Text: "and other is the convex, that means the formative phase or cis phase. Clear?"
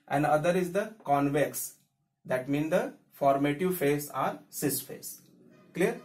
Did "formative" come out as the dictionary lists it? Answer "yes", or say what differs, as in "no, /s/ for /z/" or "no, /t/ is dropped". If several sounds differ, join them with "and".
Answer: yes